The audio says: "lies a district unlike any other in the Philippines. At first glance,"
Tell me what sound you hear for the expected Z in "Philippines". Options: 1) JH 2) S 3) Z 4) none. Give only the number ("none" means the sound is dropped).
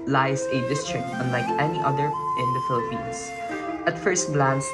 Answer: 2